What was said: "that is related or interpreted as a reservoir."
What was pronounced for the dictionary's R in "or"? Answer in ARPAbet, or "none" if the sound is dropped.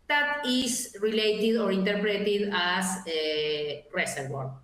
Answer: R